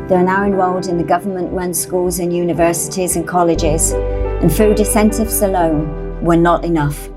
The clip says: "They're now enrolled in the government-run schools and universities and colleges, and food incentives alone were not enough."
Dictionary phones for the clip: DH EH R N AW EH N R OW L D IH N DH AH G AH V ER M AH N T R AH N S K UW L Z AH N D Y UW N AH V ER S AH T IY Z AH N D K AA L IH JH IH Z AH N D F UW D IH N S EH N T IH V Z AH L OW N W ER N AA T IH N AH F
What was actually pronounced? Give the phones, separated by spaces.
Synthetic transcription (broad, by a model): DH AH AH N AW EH N W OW L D IH N DH AH G AH V ER M AH N T R AH N S K UW L Z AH N Y UW N AH V ER S AH T IY Z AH N K AA L IH JH IH Z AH N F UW D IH S EH N T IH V S AH L OW N W ER N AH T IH N AH F